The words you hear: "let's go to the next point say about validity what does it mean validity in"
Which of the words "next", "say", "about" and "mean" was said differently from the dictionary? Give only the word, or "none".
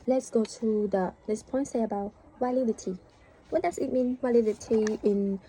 next